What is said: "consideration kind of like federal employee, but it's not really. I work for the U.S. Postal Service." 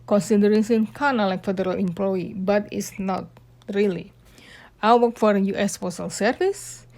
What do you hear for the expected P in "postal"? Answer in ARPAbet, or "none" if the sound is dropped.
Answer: F